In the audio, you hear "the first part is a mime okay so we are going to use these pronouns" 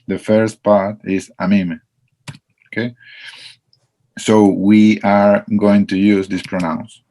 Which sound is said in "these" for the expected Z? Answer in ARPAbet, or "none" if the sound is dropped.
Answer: S